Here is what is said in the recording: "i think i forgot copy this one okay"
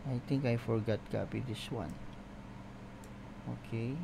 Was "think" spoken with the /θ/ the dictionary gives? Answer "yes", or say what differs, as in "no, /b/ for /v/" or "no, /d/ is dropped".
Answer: no, /t/ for /θ/